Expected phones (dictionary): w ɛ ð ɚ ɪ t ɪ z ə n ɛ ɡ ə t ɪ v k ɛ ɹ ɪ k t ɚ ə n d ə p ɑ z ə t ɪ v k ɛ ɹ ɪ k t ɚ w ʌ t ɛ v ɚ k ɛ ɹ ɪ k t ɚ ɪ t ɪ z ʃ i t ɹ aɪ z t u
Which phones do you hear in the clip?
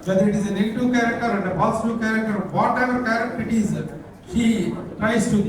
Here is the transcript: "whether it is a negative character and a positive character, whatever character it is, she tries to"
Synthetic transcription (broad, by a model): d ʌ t ɪ t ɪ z ə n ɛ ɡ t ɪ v k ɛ ɹ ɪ k t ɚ ə n d ə b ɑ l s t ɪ k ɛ ɹ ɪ k t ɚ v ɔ t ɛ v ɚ k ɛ ɹ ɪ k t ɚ ɪ t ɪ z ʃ i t ɹ aɪ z t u